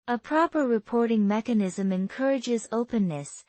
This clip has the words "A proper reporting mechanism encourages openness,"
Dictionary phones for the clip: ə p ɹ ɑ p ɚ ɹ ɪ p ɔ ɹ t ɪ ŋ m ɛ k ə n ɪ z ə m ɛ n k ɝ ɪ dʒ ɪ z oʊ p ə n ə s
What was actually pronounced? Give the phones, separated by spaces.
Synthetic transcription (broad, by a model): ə p ɹ ɑ p ɚ ɹ ɪ p ɔ ɹ t ɪ ŋ m ɛ k ə n ɪ z ə m ɛ n k ɝ ɪ dʒ ɪ z oʊ p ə n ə s